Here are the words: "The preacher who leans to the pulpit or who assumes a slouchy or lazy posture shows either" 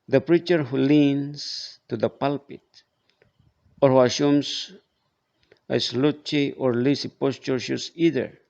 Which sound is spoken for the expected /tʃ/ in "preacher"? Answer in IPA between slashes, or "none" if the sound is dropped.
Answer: /tʃ/